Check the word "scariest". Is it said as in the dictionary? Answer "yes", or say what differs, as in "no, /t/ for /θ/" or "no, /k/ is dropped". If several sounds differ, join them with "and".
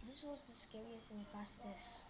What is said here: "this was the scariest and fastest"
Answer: no, /t/ is dropped